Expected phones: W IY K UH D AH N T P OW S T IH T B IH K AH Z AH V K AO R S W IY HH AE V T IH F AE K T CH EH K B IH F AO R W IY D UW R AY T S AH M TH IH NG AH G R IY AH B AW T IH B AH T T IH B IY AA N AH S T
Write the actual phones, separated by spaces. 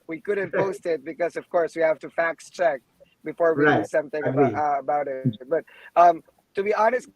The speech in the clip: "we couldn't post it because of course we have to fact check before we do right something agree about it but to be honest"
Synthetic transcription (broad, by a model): W IY K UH D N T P OW S T IH T B IH K AH Z AH V K AO R S W IY HH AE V T IH F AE K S CH EH K B IH F AO R W IY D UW S AH M TH IH NG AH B AH B AW T IH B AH T T IH B IY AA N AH S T